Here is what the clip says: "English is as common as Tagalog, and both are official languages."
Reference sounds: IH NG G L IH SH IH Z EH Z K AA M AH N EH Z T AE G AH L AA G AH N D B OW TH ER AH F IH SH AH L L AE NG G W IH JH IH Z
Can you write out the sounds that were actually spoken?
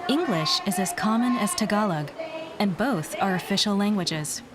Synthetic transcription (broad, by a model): IH NG G L IH SH IH Z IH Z K AA M AH N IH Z T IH G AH L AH G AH N B OW TH ER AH F IH SH L L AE NG G W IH JH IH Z